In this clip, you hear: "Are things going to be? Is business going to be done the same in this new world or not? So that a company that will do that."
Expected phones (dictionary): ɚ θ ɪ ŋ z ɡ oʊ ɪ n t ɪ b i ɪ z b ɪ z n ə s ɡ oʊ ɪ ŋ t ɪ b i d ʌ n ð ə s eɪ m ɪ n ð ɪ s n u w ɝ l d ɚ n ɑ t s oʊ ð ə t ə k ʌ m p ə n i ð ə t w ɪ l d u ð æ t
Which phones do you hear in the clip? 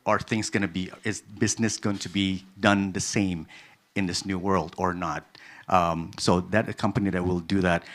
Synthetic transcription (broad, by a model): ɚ θ ɪ ŋ z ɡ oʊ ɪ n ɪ b i ɪ z b ɪ z n ə s ɡ oʊ ɪ ŋ t ɪ b i d ʌ n ð ə s eɪ m ɪ n ð ɪ s n u w ɝ l d ɚ n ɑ t s oʊ ð ə t ə k ʌ m p ə n i ð ə t w ɪ l d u ð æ t